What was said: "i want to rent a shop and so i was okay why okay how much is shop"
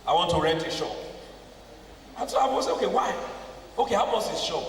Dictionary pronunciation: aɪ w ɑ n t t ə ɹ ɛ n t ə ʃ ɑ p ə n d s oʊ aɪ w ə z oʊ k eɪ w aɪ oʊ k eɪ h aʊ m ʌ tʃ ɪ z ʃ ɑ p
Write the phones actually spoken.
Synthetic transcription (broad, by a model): aɪ w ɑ n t t ə ɹ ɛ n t ə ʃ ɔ ə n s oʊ aɪ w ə s oʊ k eɪ w aɪ oʊ k eɪ h aʊ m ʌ s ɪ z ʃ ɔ